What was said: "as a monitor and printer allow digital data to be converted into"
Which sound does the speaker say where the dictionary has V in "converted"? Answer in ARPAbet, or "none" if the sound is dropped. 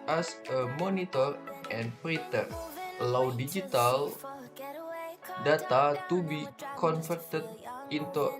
F